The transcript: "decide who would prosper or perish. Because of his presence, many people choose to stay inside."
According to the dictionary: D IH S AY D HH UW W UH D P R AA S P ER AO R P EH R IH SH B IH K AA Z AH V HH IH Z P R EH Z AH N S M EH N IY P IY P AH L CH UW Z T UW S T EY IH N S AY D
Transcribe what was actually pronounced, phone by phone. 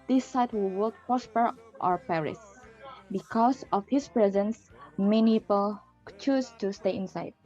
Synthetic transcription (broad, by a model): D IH S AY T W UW W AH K P R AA S P ER AO R P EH R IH S B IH K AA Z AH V HH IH S P R EH Z AH N S M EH N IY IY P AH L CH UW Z T UW S T EY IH N S AY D